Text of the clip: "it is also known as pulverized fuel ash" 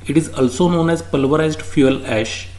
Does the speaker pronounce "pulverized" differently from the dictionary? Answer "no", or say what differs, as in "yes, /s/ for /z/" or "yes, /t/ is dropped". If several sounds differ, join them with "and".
no